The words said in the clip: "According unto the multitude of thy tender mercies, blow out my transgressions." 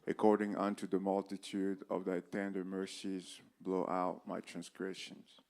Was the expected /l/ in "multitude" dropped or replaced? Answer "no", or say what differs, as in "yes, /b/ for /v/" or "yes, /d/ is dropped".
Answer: no